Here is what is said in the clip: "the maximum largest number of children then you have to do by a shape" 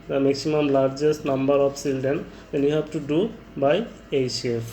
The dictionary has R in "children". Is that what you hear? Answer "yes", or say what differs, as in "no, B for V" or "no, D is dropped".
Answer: no, R is dropped